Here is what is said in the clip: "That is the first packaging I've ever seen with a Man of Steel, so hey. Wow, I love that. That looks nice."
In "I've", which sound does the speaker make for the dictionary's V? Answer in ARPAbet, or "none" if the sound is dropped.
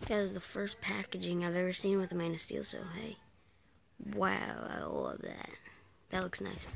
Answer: V